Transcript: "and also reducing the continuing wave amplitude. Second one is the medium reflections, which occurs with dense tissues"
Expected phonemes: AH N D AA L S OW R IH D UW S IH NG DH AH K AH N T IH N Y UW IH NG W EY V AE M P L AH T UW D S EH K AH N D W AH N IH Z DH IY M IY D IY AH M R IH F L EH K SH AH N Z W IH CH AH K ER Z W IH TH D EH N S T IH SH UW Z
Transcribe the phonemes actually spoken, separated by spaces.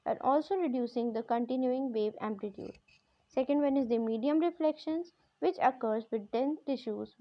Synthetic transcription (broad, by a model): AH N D AA L S OW R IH D UW S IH NG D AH K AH N T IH N Y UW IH NG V EY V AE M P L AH T UW D S EH K AH N D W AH N IH Z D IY M IY D IY AH M R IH F L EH K SH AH N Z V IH CH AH K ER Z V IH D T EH N T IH SH UW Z